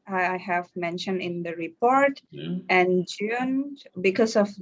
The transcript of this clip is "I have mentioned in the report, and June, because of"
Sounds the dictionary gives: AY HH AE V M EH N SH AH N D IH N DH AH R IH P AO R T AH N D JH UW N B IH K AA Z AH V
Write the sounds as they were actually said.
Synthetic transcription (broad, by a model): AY HH AE V M EH N SH AH N D IH N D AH R IH P AO R T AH N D JH UW N B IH K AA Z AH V